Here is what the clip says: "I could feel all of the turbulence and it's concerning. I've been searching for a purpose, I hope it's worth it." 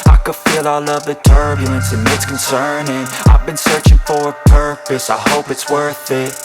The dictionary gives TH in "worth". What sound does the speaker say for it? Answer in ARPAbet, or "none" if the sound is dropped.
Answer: TH